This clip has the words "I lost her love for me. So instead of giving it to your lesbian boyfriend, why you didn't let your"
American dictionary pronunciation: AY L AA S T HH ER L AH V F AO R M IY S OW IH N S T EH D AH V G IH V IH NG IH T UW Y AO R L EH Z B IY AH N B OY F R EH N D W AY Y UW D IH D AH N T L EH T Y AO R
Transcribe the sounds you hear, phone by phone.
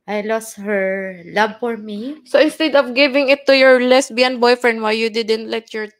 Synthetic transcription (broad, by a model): AY L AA S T HH ER L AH B F AO R M IY S OW IH N S T EH D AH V G IH V IH NG IH T UW Y AO R L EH S B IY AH N B OY F R EH N D W AY Y UW D IH D AH N T L EH T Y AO R